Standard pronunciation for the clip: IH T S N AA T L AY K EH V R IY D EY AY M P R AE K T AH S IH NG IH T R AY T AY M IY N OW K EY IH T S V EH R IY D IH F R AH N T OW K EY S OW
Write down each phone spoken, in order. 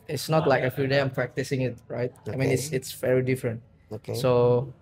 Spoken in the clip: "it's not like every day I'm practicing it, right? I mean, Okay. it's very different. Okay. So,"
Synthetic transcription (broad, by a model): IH T S N AA T L AY K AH F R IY D EY AY M P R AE K T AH S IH NG IH T R AY T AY M IY N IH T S IH T S V EH R IY D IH F R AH N T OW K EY S OW